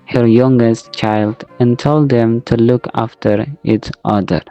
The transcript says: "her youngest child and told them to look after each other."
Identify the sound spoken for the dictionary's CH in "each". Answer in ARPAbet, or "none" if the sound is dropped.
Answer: S